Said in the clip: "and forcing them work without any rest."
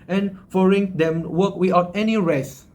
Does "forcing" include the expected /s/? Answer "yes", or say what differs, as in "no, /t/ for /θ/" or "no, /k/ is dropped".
no, /s/ is dropped